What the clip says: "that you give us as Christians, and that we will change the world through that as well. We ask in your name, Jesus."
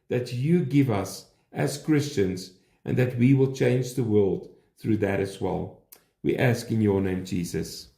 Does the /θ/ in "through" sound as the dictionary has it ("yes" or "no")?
yes